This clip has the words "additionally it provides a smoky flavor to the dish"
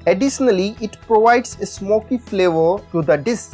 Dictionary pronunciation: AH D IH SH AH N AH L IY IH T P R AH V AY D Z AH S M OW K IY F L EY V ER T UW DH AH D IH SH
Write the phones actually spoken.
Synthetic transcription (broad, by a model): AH D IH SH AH N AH L IY IH T P R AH V AY D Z AH S M OW K IY F L EY V ER T UW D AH D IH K